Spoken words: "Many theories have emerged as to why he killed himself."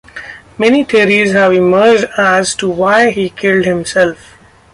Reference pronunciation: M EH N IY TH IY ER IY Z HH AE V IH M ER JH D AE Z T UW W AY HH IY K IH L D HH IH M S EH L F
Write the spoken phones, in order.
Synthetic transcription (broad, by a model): M EH N IY T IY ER IY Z HH AE V IH M ER JH D AE Z T UW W AY HH IY K IH L D HH IH M S EH L F